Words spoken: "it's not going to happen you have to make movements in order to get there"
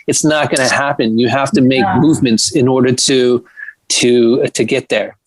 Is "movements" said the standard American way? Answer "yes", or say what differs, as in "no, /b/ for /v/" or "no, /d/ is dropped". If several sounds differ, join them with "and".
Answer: yes